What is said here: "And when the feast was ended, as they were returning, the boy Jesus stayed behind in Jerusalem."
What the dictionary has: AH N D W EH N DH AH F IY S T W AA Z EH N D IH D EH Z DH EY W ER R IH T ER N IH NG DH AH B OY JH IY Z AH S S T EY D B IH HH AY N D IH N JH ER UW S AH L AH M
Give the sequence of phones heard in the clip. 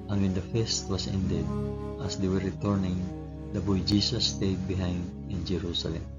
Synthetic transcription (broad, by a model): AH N W EH N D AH F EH S T W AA S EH N D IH D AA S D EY W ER R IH T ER N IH NG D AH B OY JH IY S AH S S T EY D B IH HH AY N D IH N JH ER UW S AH L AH M